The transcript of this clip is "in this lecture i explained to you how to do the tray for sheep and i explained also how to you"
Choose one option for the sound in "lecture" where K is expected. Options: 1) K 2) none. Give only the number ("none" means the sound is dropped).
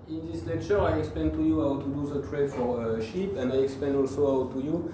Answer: 1